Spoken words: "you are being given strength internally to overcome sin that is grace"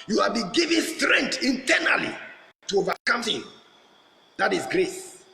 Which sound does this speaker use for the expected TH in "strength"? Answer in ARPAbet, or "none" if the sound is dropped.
T